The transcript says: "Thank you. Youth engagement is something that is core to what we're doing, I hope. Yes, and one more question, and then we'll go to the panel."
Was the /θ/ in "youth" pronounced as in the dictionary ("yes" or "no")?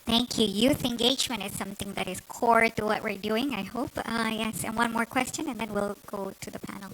yes